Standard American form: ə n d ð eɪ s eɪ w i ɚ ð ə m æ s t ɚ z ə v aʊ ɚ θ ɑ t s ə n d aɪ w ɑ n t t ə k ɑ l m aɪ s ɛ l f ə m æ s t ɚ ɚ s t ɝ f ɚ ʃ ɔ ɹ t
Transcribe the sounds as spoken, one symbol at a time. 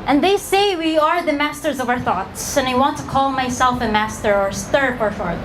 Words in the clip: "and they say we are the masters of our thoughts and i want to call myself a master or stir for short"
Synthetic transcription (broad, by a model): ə n ð eɪ s eɪ w i ɚ ð ə m æ s t ɚ z ə v aʊ ɚ θ ɑ t s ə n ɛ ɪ w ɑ n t t ə k ɑ l m aɪ s ɛ l f ə m æ s t ɚ ɚ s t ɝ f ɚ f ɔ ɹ